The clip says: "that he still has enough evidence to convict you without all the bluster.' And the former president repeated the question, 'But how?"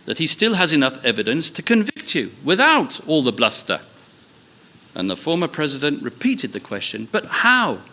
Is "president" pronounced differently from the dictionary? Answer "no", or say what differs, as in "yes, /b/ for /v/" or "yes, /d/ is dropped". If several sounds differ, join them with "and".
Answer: no